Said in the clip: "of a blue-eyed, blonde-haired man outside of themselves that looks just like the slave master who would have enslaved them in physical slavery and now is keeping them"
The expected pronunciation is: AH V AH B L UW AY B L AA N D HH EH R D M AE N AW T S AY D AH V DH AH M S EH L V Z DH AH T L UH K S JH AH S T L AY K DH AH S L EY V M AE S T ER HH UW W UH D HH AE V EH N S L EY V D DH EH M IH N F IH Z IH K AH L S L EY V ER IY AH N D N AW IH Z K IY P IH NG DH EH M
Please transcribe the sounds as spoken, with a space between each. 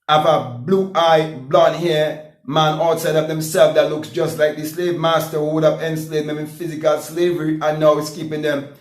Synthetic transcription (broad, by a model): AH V AH B L UW AY B L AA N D HH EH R M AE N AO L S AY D AH V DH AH M S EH L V DH AH T L UH K S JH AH S T L AY K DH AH S L EY V M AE S T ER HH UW W UH D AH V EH N S L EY D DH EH M IH N F IH Z IH K AH L S L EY V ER IY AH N N AW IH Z K IY P IH NG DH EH M